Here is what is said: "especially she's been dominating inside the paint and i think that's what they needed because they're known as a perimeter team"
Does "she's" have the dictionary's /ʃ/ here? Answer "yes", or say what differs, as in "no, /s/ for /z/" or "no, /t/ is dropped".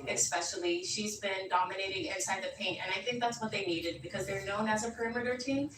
yes